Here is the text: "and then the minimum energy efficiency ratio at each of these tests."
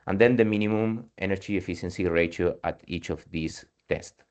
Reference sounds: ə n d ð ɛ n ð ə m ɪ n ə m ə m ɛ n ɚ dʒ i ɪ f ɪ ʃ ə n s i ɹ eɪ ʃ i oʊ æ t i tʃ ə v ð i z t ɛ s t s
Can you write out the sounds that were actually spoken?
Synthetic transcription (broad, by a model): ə n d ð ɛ n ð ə m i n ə m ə m ɛ n ɚ dʒ i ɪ f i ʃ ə n s i ɹ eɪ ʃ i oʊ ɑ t i tʃ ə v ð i s t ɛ s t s